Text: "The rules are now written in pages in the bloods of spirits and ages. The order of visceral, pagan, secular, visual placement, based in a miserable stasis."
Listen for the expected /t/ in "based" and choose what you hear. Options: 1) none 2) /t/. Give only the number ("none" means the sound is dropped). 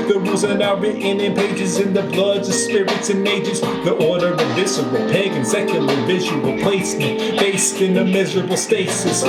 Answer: 2